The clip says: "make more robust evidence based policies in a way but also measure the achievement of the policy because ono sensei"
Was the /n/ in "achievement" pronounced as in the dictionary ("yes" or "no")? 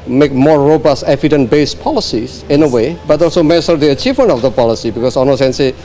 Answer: yes